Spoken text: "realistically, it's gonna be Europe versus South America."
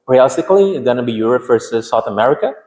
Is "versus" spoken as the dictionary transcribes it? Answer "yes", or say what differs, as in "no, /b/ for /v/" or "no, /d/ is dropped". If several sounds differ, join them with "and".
no, /f/ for /v/